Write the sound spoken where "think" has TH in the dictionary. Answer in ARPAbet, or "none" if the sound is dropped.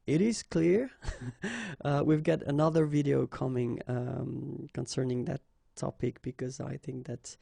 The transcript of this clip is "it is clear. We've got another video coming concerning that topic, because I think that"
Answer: TH